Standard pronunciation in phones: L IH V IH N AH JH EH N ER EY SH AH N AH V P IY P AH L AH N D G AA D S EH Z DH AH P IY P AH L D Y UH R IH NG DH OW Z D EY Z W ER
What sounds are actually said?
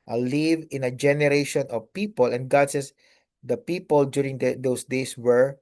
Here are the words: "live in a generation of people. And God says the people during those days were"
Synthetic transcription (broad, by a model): L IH V IH N AH JH EH N ER EY SH AH N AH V P IY P AH L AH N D G AA D S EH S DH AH P IY P AH L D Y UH R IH NG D OW S D EY S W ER